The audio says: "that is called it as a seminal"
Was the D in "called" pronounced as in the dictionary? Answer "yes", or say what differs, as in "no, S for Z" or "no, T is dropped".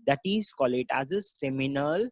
no, D is dropped